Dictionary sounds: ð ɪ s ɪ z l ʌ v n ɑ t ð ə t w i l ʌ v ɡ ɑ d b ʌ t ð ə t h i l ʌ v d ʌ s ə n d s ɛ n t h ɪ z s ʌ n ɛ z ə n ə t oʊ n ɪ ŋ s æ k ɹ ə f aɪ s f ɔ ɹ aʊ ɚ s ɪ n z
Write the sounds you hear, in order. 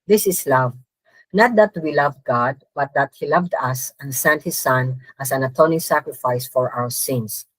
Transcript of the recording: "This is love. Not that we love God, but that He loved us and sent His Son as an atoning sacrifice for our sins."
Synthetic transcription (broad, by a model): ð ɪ s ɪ s l ʌ v n ɑ t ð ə t w i l ʌ v ɡ ɑ d b ʌ t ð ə t h i l ʌ v d ʌ s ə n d s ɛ n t h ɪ s ʌ n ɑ s ə n ə t oʊ n ɪ ŋ s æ k ɹ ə f aɪ s f ɔ ɹ aʊ ɚ s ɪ n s